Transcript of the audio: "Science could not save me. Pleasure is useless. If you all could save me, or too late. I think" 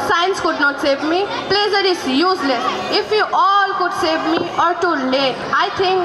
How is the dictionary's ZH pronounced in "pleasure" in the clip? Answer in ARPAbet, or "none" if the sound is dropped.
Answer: Z